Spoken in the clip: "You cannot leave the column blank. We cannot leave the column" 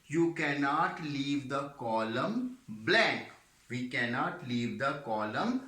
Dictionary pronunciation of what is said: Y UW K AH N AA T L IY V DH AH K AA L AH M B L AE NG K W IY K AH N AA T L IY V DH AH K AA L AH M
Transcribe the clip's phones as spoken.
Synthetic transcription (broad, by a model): Y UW K AH N AA T L IY V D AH K AA L AH M B L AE K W IY K AH N AA T L IY V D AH K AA L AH M